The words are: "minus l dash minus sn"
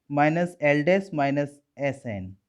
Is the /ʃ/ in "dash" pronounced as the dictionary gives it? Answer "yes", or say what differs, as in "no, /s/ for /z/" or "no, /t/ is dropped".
no, /s/ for /ʃ/